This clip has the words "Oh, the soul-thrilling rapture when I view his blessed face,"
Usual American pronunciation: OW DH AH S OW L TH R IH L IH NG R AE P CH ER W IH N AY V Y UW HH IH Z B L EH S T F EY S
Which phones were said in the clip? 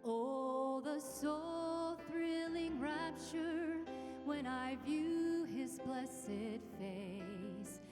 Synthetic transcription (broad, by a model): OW DH AH S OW L TH R IH L IH NG R AE P CH ER W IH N AY V Y UW IH Z B L EH S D F EY S